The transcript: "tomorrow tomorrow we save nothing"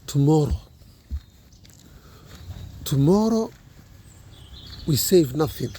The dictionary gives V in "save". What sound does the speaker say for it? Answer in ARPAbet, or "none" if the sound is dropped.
V